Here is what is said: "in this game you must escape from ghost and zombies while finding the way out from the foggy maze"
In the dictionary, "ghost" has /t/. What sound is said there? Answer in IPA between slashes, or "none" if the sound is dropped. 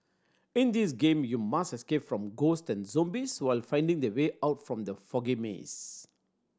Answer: /t/